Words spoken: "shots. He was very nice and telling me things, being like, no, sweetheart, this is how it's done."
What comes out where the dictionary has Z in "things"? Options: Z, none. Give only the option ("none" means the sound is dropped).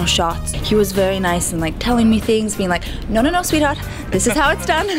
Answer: Z